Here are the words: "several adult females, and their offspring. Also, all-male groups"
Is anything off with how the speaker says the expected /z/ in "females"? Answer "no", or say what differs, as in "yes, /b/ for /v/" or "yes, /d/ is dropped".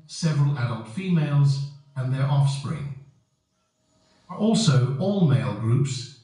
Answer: no